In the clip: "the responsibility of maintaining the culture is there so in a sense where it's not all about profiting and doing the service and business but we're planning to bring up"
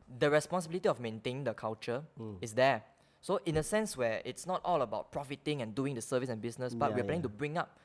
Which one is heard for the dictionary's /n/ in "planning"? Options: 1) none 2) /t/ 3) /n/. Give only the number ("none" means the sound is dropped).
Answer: 1